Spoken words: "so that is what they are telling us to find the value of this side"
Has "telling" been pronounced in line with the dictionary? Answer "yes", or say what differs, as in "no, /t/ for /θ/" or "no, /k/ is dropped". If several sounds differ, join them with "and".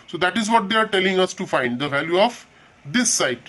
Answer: yes